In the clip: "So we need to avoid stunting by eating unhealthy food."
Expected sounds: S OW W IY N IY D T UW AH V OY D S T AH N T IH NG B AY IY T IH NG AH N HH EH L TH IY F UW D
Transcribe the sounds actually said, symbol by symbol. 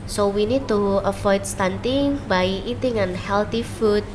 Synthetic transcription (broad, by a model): S OW W IY N IY D T UW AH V OY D S T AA N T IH NG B AY IY T IH NG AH N HH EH L T IY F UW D